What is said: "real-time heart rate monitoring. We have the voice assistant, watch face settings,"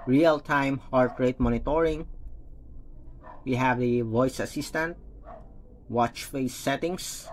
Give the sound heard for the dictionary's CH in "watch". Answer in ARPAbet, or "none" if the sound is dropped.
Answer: CH